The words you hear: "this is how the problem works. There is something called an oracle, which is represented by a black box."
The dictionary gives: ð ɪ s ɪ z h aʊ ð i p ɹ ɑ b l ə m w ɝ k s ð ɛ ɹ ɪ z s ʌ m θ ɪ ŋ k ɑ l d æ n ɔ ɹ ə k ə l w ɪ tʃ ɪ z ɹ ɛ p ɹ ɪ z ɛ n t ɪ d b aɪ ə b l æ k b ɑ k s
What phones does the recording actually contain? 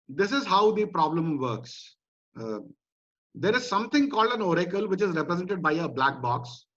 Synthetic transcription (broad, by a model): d ɪ s ɪ z h aʊ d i p ɹ ɑ b l ə m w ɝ k s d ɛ ɹ ɪ z s ʌ m t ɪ ŋ k ɑ l d æ n ɔ ɹ ə k ə l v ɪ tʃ ɪ z ɹ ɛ p ɹ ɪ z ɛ n t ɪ d b aɪ ə b l æ k b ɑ k s